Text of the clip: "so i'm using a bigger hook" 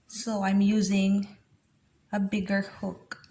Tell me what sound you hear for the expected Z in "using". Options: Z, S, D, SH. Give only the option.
Z